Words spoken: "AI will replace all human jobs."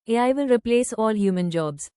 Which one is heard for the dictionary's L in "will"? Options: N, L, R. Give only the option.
N